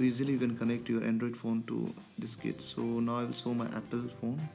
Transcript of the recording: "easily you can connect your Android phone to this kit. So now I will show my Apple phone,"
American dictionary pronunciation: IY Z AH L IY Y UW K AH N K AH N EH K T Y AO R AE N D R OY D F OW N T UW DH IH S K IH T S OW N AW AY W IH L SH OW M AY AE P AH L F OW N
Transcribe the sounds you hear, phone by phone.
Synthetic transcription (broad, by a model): IY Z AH L IY Y UW K AH N K AH N EH K T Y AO R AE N D R OY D F OW N T UW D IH S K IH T S OW N AW AY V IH L S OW M AY AE P AH L F OW N